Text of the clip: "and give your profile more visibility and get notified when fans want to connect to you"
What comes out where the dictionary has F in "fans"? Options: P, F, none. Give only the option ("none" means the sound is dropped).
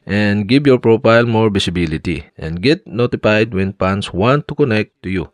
P